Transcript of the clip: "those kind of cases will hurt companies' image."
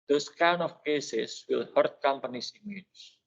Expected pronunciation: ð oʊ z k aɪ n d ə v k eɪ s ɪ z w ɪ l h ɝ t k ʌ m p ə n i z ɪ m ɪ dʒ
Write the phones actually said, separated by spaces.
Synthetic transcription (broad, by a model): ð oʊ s k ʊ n ə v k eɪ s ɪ s w ɪ l h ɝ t k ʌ m p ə n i s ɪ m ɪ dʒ